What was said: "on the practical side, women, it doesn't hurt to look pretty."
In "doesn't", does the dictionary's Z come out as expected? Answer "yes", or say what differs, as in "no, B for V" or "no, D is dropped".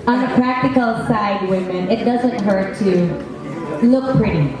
yes